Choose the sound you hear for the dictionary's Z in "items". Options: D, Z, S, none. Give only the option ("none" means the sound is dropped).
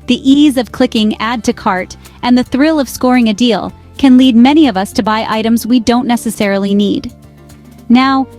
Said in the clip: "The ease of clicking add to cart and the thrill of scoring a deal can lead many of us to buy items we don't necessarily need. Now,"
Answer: Z